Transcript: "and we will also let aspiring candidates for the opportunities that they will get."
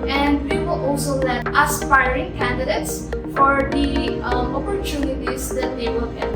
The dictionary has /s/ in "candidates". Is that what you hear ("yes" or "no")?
yes